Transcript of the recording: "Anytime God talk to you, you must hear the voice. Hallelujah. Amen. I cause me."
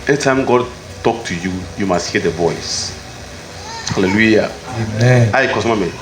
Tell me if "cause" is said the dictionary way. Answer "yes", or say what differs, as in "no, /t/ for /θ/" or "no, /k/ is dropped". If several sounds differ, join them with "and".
no, /z/ is dropped